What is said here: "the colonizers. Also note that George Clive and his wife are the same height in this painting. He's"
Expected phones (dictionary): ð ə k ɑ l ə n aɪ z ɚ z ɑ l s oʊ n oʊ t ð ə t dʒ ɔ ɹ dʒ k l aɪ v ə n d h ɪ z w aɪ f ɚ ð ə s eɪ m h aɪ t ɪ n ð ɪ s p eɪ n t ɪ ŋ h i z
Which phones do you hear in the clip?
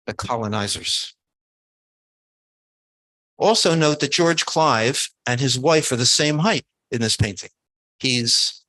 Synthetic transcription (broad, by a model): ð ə k ɑ l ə n aɪ z ɚ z ɑ l s oʊ n oʊ t ð ə t dʒ ɔ ɹ dʒ k l aɪ v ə n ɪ z w aɪ f ɚ ð ə s eɪ m h aɪ t ɪ n ð ɪ s p eɪ n t ɪ ŋ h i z